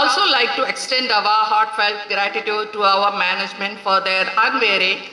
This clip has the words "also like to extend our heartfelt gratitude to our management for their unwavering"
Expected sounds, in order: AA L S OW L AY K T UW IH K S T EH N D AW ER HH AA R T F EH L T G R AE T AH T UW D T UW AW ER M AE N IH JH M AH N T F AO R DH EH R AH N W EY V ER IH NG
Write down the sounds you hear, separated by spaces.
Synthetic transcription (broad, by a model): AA L S OW L AY K T UW IH K S T EH N D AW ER HH AA R T F EH L T G R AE T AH T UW D T UW AW ER M AE N IH JH M AH N T F AO R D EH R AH N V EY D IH